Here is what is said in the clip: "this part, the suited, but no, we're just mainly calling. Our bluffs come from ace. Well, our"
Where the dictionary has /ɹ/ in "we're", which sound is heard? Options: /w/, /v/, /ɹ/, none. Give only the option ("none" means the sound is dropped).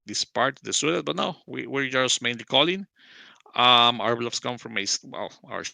/ɹ/